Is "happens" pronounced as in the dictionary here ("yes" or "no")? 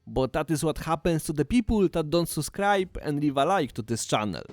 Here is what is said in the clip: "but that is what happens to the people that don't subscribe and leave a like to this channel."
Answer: no